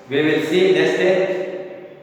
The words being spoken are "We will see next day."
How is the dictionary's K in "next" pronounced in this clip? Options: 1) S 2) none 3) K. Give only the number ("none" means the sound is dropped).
2